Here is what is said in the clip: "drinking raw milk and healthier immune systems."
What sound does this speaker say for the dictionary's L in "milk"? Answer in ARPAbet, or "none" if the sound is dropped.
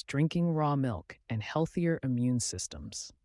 L